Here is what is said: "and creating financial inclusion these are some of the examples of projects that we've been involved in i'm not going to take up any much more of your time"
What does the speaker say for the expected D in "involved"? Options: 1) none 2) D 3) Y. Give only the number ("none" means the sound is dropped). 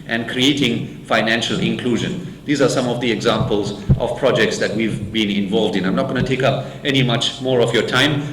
2